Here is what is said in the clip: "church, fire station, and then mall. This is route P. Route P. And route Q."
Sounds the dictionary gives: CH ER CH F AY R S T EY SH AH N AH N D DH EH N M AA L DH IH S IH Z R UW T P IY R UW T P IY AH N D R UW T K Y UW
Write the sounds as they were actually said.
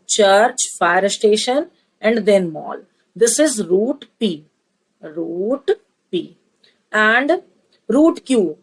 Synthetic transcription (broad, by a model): CH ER CH F AY R S T EY SH AH N AH N D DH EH N M AA L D IH S IH Z R UW T P IY R UW T P IY AH N D R UW T K Y UW